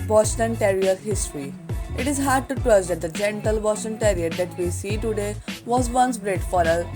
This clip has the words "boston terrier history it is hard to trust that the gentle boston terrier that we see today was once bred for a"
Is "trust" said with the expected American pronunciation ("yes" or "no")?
no